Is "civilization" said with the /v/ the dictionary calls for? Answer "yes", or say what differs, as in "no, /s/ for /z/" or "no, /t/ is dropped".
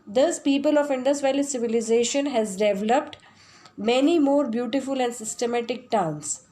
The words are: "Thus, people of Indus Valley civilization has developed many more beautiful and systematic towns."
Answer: yes